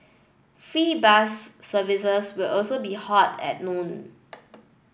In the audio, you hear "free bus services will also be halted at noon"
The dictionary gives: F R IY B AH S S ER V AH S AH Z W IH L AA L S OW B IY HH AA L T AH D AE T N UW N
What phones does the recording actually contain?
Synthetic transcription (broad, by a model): F R IY B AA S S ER V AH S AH S W IH L AA L S OW B IY HH AA T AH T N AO N